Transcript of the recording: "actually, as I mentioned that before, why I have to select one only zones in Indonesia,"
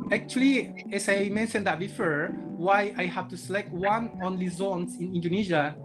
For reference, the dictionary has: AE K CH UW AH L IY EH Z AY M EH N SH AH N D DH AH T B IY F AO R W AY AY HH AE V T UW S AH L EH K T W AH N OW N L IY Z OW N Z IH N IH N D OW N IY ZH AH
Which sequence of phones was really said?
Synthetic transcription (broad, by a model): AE K CH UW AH L IY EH S AY M EH N SH AH N D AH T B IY F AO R W AY AY HH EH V T UW S AH L EH K T W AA N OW N L IY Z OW N S IH N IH N D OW N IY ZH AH